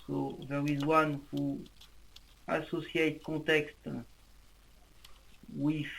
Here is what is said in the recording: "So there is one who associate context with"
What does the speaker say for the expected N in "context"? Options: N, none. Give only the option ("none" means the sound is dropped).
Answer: none